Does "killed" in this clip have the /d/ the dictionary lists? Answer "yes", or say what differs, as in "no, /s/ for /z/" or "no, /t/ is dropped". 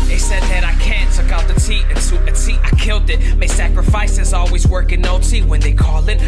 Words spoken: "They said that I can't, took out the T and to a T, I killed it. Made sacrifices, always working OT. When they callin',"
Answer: yes